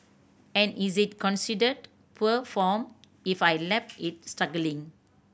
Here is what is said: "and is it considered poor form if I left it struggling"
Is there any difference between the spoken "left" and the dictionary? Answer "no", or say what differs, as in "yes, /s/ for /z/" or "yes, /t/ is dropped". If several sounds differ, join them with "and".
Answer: yes, /p/ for /f/